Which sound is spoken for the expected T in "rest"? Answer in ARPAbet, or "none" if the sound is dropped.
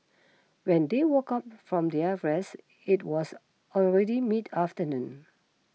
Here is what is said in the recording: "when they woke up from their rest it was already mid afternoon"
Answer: none